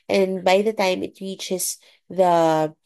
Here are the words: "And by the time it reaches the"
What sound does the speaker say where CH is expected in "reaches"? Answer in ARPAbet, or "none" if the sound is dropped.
CH